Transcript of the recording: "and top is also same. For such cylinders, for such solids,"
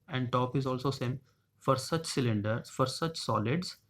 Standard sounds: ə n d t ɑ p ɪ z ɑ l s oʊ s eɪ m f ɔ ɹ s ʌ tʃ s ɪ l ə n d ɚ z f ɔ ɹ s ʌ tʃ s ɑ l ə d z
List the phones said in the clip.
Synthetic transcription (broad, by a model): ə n d t ɑ p ɪ z ɑ l s oʊ s eɪ m f ɔ ɹ s ʌ tʃ s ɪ l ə n d ɚ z f ɔ ɹ s ʌ tʃ s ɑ l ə d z